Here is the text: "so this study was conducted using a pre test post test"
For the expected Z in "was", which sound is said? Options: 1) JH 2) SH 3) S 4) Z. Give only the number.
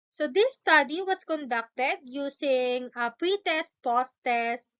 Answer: 3